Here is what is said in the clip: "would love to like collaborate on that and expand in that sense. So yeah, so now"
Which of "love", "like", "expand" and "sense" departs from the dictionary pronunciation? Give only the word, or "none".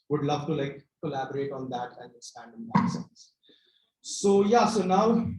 expand